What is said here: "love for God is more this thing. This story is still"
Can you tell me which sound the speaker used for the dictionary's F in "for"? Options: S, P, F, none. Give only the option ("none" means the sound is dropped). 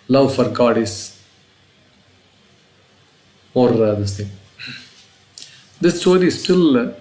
F